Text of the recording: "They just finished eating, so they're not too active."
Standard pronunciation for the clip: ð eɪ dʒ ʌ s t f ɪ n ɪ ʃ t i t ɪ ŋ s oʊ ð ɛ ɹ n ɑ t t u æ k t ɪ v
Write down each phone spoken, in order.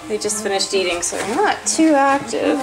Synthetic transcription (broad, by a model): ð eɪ dʒ ʌ s t f ɪ n ɪ ʃ t i t ɪ ŋ s oʊ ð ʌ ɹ n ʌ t t u æ k t ɪ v